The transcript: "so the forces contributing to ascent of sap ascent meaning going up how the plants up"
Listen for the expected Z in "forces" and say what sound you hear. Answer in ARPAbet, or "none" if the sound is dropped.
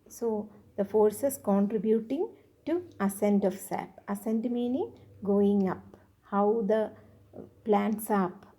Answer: S